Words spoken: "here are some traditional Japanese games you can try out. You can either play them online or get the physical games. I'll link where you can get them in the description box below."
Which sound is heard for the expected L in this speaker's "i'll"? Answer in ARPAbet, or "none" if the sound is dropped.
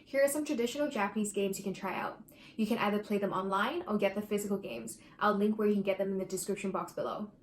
L